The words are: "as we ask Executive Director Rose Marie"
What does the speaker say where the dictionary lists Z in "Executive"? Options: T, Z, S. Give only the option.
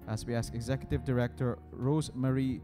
Z